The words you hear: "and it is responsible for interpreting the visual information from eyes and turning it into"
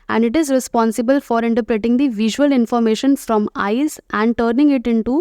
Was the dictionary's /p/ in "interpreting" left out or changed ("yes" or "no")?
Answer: no